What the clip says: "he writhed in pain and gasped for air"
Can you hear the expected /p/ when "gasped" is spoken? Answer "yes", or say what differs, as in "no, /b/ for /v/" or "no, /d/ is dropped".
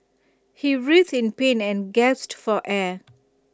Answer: no, /p/ is dropped